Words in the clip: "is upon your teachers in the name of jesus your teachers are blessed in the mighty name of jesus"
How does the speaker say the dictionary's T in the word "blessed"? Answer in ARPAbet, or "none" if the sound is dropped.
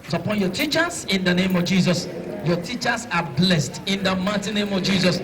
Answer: T